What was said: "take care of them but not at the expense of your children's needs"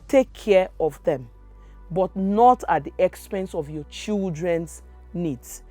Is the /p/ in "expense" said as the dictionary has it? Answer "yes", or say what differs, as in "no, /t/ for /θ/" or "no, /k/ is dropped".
yes